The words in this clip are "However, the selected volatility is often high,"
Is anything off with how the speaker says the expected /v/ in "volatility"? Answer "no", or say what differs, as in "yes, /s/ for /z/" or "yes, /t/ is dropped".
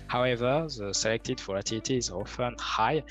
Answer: yes, /f/ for /v/